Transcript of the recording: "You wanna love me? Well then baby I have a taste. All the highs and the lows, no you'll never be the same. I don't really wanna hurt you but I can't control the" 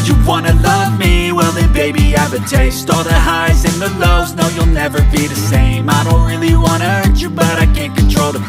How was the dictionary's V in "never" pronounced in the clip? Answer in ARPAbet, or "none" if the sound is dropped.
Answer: V